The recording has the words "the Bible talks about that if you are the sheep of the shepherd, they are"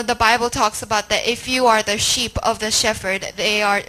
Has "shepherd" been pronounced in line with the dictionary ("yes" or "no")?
no